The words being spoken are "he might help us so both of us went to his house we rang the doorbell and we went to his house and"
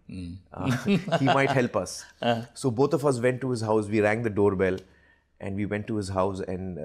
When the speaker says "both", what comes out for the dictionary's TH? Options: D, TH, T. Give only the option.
T